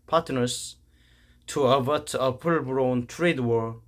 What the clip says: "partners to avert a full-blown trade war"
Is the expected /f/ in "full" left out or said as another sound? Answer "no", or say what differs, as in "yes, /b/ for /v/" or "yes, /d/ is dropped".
yes, /p/ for /f/